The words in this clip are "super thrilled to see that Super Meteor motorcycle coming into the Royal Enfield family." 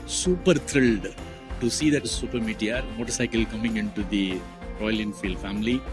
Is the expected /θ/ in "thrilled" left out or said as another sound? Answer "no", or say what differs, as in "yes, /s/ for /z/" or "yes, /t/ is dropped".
yes, /t/ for /θ/